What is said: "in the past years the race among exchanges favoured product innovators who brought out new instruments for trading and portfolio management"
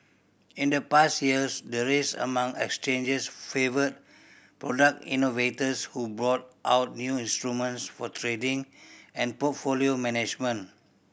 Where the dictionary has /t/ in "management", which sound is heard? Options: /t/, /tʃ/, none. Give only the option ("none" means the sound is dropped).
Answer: none